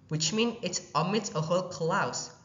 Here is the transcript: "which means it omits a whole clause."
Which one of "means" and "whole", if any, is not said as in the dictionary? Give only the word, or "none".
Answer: means